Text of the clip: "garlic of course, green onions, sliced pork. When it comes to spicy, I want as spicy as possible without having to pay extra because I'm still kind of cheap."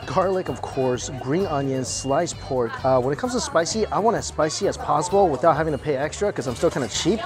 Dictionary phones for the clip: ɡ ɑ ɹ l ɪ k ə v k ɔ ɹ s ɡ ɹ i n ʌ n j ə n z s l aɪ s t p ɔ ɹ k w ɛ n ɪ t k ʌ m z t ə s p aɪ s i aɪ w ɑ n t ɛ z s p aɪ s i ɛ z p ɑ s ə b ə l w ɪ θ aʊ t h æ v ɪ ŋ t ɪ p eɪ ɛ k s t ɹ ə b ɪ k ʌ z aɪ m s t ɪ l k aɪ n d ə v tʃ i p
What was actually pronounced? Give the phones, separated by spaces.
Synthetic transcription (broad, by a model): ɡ ɑ ɹ l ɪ k ə v k ɔ ɹ s ɡ ɹ i n ʌ n j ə n s l aɪ s p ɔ ɹ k w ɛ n ɪ t k ʌ m z t ə s p aɪ s i aɪ w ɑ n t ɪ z s p aɪ s i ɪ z p ɑ s ə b l w ɪ θ aʊ t h æ v ɪ ŋ t ɪ p eɪ ɛ k s t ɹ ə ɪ k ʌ z aɪ m s t ɪ l k aɪ n d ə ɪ tʃ i p